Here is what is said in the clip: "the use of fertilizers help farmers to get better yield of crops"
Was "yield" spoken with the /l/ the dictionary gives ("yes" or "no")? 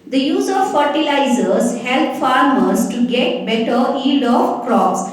no